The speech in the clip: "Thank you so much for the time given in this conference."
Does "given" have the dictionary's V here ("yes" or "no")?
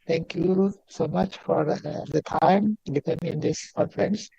no